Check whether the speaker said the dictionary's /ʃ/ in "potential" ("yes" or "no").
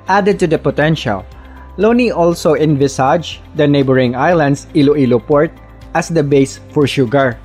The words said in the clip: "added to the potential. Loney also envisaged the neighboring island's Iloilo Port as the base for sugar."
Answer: yes